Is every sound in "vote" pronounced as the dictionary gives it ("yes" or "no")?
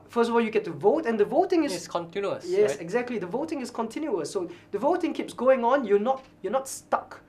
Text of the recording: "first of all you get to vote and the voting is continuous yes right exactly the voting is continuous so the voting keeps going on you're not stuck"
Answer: yes